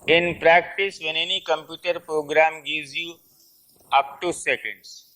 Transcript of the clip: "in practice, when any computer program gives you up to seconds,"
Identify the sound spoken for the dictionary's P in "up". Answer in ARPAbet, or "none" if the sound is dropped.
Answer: P